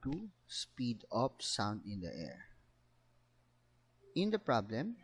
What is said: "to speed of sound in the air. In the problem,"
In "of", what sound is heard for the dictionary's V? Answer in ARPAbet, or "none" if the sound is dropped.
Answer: P